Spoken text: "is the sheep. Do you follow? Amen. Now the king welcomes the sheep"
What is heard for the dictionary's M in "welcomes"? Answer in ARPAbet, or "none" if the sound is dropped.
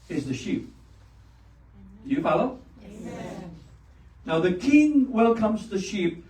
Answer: M